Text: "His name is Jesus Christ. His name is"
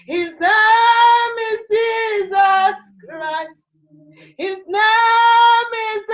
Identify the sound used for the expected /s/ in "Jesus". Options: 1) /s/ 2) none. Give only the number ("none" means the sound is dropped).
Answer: 1